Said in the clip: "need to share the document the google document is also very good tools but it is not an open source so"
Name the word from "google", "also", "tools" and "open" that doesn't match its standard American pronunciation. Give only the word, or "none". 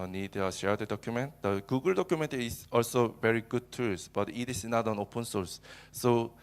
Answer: tools